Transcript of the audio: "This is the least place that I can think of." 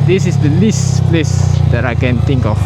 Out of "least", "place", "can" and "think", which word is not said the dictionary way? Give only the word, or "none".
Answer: think